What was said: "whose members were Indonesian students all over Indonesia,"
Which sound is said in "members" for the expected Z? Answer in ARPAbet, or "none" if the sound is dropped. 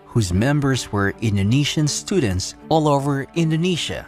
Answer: Z